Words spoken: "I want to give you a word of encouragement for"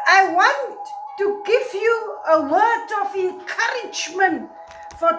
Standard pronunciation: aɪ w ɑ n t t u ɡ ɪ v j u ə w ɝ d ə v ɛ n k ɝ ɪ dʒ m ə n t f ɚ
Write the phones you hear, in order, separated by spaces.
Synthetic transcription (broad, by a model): aɪ w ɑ n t t u ɡ ɪ v j u ə w ɝ d ə v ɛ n k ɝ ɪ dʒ m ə n t f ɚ